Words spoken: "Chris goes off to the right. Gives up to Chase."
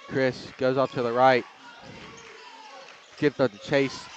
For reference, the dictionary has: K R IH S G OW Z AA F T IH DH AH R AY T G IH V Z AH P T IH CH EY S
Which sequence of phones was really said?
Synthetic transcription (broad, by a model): K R IH S G OW Z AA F T IH DH AH R AY T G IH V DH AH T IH CH EY S